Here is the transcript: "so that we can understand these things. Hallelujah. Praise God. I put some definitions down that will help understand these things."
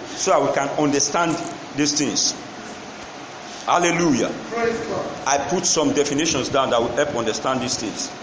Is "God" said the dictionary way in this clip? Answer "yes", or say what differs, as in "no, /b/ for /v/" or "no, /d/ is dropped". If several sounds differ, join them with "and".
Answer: no, /d/ is dropped